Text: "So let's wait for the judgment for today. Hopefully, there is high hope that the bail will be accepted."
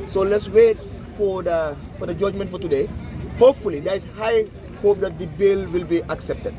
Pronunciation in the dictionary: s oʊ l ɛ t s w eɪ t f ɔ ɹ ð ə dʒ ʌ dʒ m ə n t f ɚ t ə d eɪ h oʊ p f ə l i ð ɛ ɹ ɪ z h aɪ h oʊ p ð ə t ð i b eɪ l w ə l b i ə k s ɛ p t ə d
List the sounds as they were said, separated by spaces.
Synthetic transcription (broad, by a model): s oʊ l ɛ t s w eɪ t f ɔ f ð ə dʒ ʌ dʒ m ə n t f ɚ t ə d eɪ h oʊ p f ə l i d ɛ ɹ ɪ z h aɪ h oʊ p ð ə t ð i b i l w ə l b i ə k s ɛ p t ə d